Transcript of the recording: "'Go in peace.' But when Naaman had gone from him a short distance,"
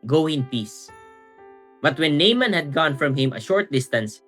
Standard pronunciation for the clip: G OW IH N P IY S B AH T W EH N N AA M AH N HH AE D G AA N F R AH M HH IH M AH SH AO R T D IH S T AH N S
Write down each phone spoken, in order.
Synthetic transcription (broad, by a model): G OW IH N P IY S B AH T W EH N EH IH M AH N HH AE D G AA N F R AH M HH IH M AH SH AO R T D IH S T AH N S